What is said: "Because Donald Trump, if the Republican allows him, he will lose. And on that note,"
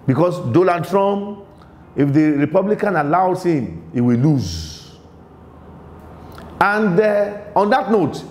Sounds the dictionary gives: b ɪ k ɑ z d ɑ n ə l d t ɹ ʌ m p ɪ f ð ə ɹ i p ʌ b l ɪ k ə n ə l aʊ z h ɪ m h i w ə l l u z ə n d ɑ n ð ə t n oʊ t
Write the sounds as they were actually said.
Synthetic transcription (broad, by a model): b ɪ k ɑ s d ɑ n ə d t ɹ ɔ m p ɪ f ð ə ɹ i p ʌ b l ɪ k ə n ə l aʊ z h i m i w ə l l u z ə n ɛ ɑ n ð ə t n oʊ t